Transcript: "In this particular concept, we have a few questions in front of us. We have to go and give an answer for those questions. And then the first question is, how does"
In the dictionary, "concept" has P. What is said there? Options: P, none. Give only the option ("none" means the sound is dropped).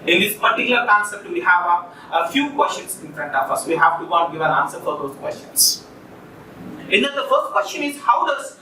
none